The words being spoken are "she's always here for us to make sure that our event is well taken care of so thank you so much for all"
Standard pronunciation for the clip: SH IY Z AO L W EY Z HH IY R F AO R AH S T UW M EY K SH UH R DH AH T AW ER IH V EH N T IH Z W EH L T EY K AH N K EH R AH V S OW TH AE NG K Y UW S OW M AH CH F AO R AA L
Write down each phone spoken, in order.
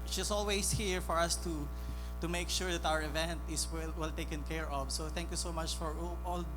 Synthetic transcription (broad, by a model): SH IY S AO L W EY S HH IY R F AO R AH S T UW M EY K SH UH R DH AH T AW ER IH V EH N T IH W W EH L T EY K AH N K EH R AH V S OW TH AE NG K Y UW S OW M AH CH F AO R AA L